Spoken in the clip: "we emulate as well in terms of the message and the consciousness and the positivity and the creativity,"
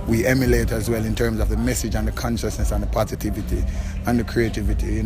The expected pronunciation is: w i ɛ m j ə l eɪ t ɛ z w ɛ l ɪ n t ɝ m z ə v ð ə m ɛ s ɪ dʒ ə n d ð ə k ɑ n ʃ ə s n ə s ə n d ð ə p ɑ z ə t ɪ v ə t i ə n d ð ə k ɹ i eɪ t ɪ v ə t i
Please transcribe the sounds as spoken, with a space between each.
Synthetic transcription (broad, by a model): w i ɛ m j ə l eɪ t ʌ z w ɛ l ɪ n t ɝ m z ə v ð ə m ɛ s ɪ dʒ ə n ð ə k ɑ n ʃ ə s n ə s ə n ð ə p ɑ z ə t ɪ v ə t i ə n ð ə k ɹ i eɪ t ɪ v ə t i